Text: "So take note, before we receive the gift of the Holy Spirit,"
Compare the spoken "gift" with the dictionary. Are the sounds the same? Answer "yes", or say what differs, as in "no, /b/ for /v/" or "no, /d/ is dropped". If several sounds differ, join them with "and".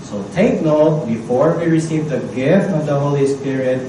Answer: yes